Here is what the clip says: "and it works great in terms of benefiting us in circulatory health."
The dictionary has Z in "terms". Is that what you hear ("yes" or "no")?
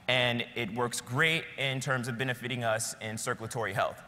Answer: yes